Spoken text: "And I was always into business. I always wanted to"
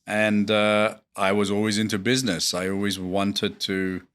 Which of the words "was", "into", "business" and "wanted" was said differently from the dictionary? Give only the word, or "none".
none